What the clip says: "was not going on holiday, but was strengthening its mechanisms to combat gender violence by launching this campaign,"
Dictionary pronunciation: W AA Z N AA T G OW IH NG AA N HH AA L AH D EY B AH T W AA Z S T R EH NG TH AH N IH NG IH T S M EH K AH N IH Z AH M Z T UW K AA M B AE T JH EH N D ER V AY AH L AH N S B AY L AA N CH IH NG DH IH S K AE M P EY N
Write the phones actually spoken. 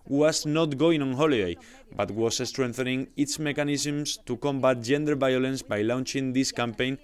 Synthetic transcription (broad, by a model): W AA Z N AA T G OW IH NG AA N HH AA L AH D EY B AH T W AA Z S T R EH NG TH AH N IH NG IH T S M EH K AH N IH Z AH M S T UW K AA M B AE T JH EH N D ER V AY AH L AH N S B AY L AA N CH IH NG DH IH S K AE M P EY N